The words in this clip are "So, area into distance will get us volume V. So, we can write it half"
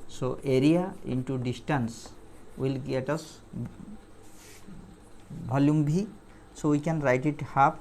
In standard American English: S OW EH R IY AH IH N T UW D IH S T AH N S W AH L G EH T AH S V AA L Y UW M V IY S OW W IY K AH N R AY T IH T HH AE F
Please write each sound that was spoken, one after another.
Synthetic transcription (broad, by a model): S OW EH R IY AH IH N T UW D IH S T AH N S W AH L G EH T AH S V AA L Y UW M B IY S OW W IY K AH N R AY T IH T HH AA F